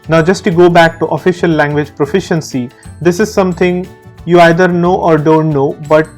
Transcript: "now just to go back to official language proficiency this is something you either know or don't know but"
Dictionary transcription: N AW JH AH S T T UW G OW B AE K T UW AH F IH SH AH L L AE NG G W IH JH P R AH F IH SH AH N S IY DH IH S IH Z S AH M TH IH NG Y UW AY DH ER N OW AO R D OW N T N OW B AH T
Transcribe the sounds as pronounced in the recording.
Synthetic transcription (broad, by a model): N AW JH AH S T T UW G OW B AE K T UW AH F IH SH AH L L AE NG G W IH JH P R AH F IH SH AH N S IY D IH S IH Z S AH M T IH NG Y UW AY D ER N OW AO R D OW N T N OW B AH T